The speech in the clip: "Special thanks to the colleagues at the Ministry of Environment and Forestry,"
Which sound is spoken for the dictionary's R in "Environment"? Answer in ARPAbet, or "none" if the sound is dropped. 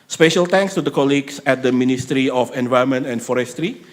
none